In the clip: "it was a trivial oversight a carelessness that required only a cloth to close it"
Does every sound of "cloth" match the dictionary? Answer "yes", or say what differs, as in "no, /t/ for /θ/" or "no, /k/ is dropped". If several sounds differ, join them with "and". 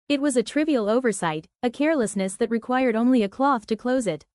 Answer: yes